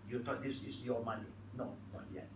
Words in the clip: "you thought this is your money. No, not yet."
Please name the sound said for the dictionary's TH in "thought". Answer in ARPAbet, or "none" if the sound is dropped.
T